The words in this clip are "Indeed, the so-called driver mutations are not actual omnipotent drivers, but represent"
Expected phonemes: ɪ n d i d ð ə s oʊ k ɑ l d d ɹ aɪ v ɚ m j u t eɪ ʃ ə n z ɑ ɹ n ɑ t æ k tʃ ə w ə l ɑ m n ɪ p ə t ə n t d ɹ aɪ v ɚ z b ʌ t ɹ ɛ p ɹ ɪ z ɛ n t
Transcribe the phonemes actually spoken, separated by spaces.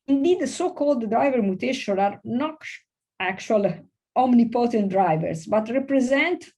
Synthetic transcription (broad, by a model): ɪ n d i d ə s oʊ k ɑ l d d ɹ aɪ v ɚ m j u t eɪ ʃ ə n ɑ ɹ n ɑ t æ k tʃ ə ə l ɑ m n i p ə t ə n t d ɹ aɪ v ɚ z b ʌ t ɹ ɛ p ɹ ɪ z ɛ n t